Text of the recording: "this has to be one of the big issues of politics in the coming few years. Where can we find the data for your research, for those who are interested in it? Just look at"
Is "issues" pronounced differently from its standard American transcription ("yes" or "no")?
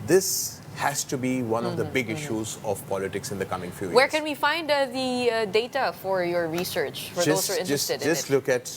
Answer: no